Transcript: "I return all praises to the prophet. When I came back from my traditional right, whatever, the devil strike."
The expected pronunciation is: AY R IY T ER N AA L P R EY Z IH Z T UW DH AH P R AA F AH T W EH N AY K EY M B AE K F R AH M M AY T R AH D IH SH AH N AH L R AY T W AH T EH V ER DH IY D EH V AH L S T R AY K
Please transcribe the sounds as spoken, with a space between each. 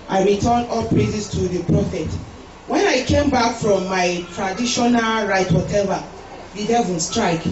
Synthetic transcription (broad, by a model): AY R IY T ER N AA L P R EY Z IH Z T UW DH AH P R AA F AH T W EH N AY K EY M B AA K F R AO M M AY T R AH D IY SH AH N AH L R AY T W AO T EH V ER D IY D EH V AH N S T R AY K